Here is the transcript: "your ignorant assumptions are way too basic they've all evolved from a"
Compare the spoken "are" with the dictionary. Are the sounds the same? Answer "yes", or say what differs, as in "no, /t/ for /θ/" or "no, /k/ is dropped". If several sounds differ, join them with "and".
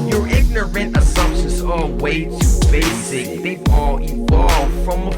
no, /l/ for /ɹ/